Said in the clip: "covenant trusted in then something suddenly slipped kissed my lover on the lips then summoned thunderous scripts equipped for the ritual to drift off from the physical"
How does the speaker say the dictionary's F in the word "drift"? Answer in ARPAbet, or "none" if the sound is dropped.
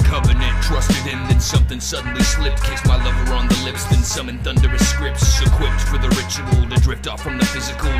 P